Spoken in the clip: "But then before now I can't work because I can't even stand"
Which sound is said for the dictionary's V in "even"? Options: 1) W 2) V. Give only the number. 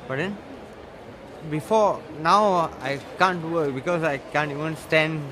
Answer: 1